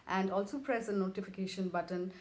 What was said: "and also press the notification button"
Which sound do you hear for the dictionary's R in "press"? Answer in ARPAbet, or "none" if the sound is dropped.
R